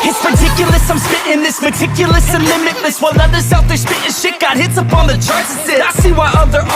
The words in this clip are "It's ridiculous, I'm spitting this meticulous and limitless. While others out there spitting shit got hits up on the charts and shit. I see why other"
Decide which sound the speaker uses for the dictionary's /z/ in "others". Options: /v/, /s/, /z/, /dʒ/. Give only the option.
/s/